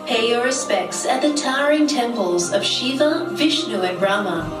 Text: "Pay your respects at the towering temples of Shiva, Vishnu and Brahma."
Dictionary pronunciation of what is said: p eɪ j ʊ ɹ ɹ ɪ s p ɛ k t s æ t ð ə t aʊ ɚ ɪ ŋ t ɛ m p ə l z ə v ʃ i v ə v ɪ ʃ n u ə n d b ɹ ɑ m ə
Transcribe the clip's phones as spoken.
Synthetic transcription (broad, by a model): p eɪ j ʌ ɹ ɹ ɪ s p ɛ k t s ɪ t ð ə t aʊ ɚ ɪ ŋ t ɛ m p ə l z ə v ʃ i v ə v ɪ ʃ n u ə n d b ɹ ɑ m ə